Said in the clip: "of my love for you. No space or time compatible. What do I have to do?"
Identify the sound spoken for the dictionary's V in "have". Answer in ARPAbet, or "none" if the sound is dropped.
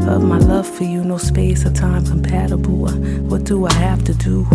F